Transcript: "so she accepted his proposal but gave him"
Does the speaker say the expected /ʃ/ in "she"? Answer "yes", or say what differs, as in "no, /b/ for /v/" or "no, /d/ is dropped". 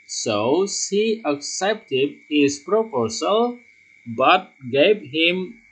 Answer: no, /s/ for /ʃ/